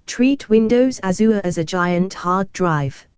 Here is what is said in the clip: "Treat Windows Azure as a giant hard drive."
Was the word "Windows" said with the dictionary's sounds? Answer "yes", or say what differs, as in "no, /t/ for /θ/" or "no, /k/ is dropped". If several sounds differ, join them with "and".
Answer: yes